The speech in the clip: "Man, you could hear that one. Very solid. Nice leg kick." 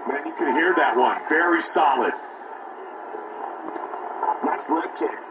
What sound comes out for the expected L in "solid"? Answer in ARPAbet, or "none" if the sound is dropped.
L